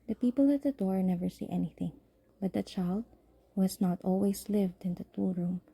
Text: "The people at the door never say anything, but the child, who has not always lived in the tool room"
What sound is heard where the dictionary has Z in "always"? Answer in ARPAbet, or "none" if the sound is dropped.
S